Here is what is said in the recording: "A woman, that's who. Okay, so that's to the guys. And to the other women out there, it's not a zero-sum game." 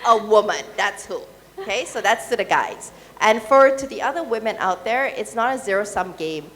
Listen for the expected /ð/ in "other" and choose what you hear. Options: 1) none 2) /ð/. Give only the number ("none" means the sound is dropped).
2